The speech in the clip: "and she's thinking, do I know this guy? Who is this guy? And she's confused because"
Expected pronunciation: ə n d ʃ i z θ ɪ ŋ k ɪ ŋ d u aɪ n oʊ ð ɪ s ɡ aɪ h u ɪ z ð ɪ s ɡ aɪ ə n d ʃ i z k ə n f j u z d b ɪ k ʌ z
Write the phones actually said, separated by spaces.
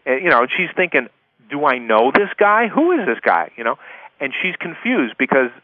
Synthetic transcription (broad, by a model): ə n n ʃ i z θ ɪ ŋ k ɪ ŋ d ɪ aɪ n oʊ ð ɪ s ɡ aɪ h u ɪ z ð ɪ s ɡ aɪ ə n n ʃ i z k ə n f j u z d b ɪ k ʌ z